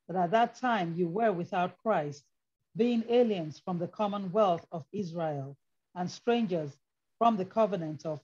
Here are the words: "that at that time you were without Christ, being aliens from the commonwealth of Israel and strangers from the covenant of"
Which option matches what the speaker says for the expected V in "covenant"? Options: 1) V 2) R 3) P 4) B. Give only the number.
1